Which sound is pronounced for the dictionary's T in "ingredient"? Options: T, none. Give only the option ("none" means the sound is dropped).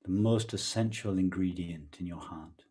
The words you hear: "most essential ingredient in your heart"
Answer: T